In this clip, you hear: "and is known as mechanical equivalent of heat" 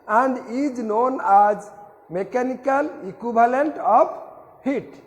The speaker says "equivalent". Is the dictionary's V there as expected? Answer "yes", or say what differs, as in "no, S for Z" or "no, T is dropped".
no, B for V